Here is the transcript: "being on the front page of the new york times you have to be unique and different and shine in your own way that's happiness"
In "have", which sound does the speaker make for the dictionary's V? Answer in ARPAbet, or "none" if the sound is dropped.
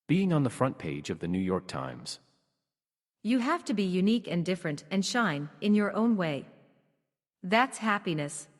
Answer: F